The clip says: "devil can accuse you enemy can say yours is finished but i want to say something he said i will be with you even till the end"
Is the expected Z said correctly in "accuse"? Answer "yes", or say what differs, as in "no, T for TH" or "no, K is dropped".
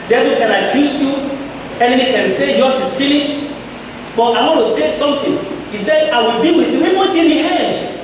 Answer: no, S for Z